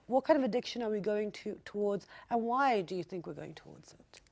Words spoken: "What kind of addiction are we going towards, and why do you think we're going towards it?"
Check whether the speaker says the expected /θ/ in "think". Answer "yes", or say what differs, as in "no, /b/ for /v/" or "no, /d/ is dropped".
yes